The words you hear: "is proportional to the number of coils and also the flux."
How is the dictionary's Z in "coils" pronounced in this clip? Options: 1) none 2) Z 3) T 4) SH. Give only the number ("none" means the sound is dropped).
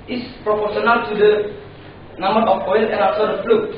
1